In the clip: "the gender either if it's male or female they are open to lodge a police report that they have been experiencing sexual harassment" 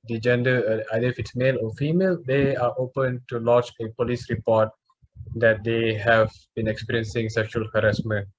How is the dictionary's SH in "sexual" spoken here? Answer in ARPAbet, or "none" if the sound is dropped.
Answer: SH